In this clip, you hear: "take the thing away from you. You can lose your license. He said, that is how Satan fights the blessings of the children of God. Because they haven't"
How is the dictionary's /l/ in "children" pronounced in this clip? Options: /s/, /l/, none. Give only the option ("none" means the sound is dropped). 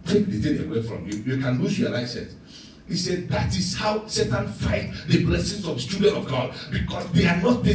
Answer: none